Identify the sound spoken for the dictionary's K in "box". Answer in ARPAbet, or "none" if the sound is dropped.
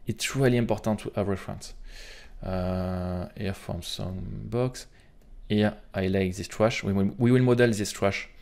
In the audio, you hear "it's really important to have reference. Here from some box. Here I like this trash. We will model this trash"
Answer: K